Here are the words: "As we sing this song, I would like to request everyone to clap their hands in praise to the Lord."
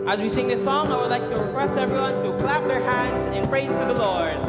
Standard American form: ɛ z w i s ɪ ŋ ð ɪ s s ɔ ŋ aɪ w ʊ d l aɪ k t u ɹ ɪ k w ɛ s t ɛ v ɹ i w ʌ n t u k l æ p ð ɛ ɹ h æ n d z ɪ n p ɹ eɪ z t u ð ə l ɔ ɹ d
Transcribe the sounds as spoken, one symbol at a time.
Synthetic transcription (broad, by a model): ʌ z w i s ɪ ŋ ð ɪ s s ɔ ŋ aɪ w ʊ d l aɪ k t u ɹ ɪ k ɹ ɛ s ɛ v ɹ i w ʌ n t u k l æ p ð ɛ ɹ h æ n d z ɪ n p ɹ eɪ z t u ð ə l ɔ ɹ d